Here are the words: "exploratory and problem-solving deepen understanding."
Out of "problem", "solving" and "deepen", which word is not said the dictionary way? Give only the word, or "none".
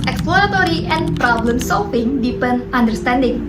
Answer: solving